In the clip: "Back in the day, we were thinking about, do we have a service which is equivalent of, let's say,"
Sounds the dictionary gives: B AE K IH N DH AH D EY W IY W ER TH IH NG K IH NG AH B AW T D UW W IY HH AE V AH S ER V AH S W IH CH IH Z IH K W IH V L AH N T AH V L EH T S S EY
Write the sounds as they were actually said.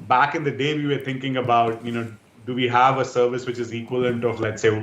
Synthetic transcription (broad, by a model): B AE K IH N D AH D EY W IY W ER T IH NG K IH NG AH B AW T D UW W IY HH AE V AH S ER V AH S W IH CH IH Z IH K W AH L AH N T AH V L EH T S S EY